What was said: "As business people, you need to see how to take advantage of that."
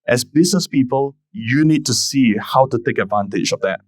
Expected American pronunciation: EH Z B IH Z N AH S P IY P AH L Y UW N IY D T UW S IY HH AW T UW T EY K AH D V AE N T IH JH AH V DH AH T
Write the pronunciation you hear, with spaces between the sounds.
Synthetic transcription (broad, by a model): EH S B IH S N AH S P IY P AH L Y UW N IY D T UW S IY HH AW T UW T EY K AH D V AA N T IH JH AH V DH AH T